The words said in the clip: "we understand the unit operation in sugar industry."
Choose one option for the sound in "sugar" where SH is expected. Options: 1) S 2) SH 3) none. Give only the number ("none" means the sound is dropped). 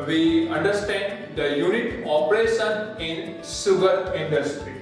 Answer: 1